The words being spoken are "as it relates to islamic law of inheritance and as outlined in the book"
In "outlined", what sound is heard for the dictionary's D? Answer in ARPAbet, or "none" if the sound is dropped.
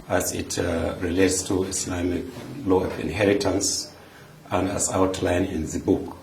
none